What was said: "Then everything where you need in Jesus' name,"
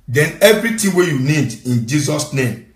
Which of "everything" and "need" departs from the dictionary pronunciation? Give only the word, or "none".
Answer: everything